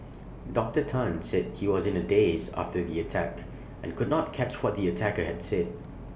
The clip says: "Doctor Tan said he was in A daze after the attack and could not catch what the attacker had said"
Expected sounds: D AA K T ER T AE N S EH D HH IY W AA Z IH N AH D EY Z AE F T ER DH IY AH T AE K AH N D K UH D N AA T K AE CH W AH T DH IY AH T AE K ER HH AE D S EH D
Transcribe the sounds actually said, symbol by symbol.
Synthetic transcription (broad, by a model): D AA K T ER T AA N S EH D HH IY W AA Z IH N AH D EY Z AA F T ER DH IY AH T AE K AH N K UH D N AA T K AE CH W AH T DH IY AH T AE K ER HH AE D S EH D